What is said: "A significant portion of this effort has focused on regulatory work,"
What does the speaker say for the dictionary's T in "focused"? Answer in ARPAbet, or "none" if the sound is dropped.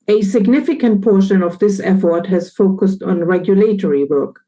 T